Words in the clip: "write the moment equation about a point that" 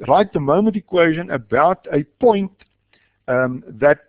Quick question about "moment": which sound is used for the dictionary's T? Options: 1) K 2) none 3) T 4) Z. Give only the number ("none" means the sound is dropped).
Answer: 3